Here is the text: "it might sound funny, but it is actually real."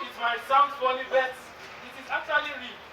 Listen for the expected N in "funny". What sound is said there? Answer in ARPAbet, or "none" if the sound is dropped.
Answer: L